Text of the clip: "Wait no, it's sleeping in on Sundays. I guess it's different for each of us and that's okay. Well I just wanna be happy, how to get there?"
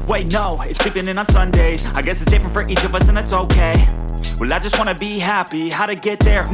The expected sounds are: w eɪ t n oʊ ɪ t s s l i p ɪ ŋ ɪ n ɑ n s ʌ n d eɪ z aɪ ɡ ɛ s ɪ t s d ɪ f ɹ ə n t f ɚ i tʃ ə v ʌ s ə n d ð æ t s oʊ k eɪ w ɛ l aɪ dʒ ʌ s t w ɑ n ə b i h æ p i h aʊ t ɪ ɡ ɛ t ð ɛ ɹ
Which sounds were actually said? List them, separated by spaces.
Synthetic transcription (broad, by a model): w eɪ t n oʊ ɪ t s s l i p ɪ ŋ ɪ n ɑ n s ʌ n d eɪ z aɪ ɡ ɛ s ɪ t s d ɪ f ɹ ə n t f ɚ i tʃ ə v ʌ s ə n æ t s oʊ k eɪ w ɛ l aɪ dʒ ʌ s t w ɑ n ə b i h æ p i h aʊ t ɪ ɡ ɛ t ð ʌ ɹ